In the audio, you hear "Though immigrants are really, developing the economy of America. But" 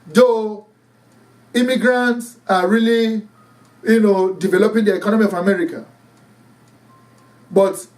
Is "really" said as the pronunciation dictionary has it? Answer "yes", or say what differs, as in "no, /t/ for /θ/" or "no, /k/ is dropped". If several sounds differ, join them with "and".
no, /l/ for /ɹ/